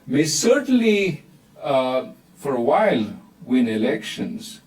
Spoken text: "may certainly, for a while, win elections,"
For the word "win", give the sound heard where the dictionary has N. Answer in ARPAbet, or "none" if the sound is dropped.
N